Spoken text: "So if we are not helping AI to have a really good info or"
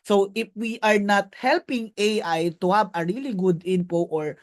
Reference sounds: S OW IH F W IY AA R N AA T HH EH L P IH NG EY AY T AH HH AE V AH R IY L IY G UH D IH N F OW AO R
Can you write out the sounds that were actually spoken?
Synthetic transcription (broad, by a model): S OW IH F W IY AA R N AA T HH EH L P IH NG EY AY T AH HH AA B AH R IY L IY G UH D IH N P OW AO R